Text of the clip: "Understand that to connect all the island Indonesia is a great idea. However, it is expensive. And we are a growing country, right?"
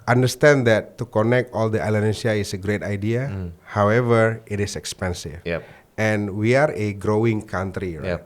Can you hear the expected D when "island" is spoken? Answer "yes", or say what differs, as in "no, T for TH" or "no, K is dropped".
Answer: no, D is dropped